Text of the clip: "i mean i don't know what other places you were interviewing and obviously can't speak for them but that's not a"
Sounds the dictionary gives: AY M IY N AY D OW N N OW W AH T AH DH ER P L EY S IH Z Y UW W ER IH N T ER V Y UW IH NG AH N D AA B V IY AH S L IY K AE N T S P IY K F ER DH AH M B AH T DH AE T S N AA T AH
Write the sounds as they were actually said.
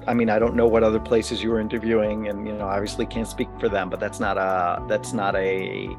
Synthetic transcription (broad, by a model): AY M IY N AY D OW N N OW W AH T AH DH ER P L EY S IH Z Y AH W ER IH N T ER V Y UW IH NG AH N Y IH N V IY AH S L IY K AE N T S P IY K F ER DH AH M B AH T DH AE T S N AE T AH